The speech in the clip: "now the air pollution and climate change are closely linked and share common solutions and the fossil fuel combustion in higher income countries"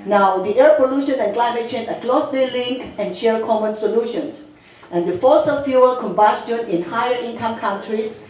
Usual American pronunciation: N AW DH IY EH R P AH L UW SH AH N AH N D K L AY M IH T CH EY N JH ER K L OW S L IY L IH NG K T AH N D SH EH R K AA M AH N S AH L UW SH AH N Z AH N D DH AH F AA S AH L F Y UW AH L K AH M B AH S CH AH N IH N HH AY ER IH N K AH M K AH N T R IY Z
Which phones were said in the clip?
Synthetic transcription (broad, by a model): N AW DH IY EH R P AH L UW SH AH N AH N K L AY M IH T CH EY N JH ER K L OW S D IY L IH NG K AH N SH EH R K AA M AH N S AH L UW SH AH N S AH N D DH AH F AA S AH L F Y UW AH K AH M B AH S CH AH N IH N HH AY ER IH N K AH M K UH N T R IY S